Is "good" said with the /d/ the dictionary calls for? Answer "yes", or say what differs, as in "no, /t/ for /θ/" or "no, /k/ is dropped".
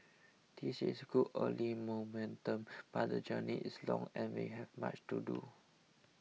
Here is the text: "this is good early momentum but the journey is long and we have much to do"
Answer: no, /d/ is dropped